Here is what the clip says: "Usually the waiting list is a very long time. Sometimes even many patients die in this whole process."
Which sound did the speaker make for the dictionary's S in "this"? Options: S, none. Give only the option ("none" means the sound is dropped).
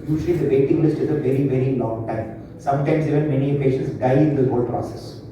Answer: none